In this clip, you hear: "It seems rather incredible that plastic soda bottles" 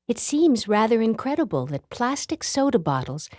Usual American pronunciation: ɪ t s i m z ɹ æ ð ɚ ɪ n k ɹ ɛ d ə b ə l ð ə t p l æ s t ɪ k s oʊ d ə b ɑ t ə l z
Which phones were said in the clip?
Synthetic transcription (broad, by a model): ɪ t s i m z ɹ æ ð ɚ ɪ n k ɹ ɛ d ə b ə l ð ə t p l æ s t ɪ k s oʊ d ə b ɑ t l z